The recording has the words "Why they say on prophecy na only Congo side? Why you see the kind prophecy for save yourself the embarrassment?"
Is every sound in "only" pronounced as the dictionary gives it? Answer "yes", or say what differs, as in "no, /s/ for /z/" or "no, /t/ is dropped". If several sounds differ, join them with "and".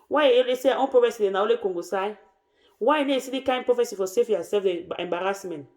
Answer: no, /n/ is dropped